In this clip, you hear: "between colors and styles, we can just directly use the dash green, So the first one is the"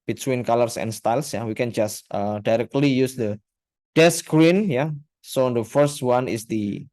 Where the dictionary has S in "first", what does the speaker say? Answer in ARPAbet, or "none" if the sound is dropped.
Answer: S